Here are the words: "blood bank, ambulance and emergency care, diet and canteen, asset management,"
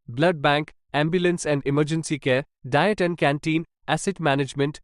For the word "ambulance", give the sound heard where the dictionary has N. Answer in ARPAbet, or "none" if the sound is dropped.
N